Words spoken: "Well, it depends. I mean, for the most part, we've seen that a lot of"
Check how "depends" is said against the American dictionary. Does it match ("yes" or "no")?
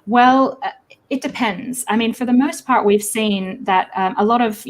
yes